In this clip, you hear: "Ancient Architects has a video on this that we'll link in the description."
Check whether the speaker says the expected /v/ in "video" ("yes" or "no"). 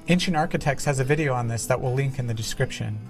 yes